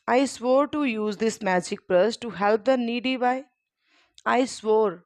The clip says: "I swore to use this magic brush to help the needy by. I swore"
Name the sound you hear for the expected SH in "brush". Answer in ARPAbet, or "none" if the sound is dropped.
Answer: S